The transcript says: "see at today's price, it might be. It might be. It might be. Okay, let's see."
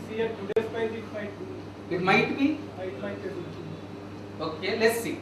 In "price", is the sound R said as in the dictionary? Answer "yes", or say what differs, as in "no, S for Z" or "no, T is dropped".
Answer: no, R is dropped